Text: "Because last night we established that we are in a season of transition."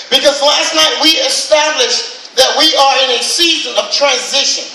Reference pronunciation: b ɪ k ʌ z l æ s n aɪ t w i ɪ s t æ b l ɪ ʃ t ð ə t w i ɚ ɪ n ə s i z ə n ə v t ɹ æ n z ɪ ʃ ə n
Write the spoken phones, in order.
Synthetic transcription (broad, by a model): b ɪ k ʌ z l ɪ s n aɪ t w i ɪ s t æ b l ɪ ʃ ð ə t w i ɚ ɪ n ə s i z ə n ə v t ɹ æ n z ɪ ʃ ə n